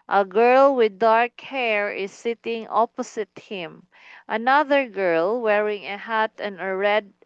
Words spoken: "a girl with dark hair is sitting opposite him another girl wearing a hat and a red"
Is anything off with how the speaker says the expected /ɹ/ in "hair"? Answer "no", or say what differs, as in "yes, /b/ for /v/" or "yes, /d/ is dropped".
no